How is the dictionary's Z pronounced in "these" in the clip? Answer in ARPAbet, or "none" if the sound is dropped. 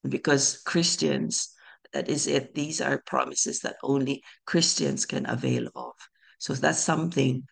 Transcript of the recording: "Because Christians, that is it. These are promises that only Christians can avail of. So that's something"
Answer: Z